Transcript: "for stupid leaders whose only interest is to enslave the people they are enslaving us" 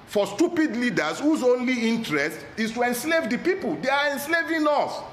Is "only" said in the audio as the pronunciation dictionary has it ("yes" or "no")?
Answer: yes